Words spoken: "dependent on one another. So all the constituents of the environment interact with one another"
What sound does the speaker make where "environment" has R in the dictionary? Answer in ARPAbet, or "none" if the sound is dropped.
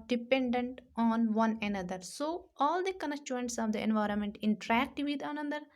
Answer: R